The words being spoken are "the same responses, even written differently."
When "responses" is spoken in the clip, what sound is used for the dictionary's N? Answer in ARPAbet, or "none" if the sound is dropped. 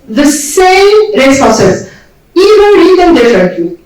none